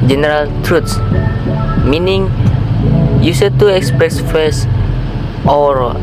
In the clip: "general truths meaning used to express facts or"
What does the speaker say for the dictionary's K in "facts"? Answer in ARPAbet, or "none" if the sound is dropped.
none